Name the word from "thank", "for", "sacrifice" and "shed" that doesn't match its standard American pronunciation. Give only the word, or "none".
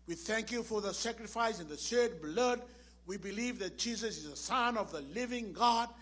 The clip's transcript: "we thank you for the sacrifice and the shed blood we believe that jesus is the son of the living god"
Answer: shed